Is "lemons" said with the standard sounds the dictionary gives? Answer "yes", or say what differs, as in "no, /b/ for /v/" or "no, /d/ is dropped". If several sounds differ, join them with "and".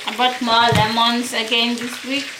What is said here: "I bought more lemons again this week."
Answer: no, /s/ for /z/